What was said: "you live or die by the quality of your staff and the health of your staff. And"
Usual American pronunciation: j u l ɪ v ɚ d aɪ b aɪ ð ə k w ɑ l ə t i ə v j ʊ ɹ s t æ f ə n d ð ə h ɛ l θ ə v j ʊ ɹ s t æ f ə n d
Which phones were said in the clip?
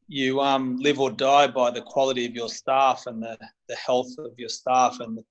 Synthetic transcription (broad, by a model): j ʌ l ɪ v ɚ d aɪ b aɪ ð ə k w ɑ l ə t i ə v j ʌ ɹ s t æ f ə n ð ð ə h ɛ l θ ə v j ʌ ɹ s t æ f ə n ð